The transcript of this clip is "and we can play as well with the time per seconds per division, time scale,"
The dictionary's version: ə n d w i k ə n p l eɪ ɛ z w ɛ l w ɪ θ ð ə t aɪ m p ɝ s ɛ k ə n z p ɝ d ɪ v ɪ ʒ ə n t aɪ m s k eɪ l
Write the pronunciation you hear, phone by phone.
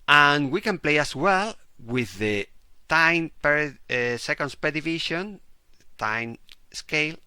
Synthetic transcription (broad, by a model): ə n w i k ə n p l eɪ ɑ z w ɛ l w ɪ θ ð ə t aɪ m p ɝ s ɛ k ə n s p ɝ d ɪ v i ʃ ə n t aɪ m s k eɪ l